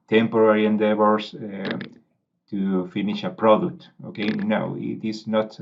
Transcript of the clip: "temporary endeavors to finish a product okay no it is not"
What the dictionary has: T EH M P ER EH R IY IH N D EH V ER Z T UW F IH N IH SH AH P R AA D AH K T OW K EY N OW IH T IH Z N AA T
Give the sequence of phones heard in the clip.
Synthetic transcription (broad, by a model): T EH M P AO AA R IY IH N D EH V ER S T UW F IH N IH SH AH P R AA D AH K T OW K EY N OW IH T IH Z N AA T